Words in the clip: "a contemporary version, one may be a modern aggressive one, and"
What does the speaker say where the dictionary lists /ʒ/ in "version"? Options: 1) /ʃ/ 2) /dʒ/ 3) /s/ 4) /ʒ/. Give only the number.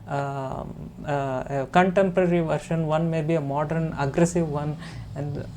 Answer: 1